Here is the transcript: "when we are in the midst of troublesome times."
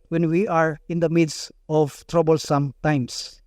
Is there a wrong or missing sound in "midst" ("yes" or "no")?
yes